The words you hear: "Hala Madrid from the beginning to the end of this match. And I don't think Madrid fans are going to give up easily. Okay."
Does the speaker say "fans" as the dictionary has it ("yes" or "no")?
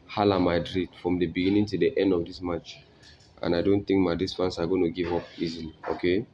no